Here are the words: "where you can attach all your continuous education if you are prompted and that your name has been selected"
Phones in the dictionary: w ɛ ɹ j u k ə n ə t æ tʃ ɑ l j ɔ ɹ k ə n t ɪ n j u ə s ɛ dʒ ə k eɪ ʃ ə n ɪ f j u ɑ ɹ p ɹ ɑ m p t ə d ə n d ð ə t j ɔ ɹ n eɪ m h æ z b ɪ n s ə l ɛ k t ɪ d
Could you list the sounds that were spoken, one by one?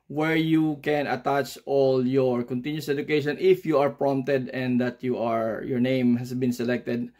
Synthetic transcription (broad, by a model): w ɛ ɹ j u k ə n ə t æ tʃ ɑ l j ɔ ɹ k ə n t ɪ n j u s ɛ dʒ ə k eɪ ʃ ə n ɪ f j u ɑ ɹ p ɹ ɑ m p t ə d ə n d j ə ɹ j ɔ ɹ n eɪ m h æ s b ɪ n s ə l ɛ k t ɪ d